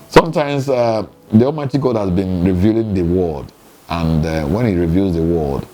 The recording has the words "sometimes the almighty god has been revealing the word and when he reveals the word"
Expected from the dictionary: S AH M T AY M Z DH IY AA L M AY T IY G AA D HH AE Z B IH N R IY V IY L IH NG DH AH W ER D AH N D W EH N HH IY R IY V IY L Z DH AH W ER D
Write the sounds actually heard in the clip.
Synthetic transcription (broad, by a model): S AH M T AY M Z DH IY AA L M AY T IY G AA D HH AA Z B IH N R IY V IY L IH NG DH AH W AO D AH N D W EH N HH IY R IY V IY L Z DH AH W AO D